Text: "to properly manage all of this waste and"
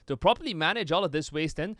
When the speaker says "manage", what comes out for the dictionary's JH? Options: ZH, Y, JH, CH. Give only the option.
JH